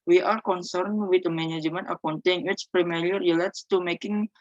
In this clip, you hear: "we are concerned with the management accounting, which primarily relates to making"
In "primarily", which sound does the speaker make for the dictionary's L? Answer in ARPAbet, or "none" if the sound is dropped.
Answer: none